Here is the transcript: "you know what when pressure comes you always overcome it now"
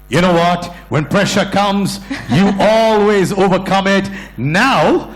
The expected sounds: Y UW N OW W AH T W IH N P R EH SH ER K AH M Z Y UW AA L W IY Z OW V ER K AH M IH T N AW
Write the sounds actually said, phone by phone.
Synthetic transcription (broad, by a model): Y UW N OW W AH T W IH N P R EH SH ER K AH M Z Y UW AA L W IY Z OW V ER K AH M IH T N AW